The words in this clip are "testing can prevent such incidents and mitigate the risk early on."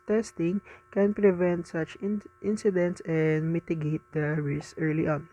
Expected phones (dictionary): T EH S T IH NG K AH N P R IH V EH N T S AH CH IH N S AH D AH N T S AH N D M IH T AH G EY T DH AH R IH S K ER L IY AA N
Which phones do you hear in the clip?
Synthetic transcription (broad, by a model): T EH S T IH NG K AH N P R IH V EH N T S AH CH IH N S AH D AH N T S AH N D M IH T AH G EY T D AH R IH S ER L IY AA N